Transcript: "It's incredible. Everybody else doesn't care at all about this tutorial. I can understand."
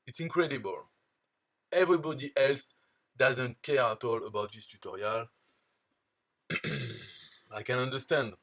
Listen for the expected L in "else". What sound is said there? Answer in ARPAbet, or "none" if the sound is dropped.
L